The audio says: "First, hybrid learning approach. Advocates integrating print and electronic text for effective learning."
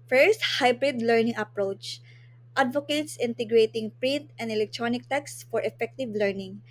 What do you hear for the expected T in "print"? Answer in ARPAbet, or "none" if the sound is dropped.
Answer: T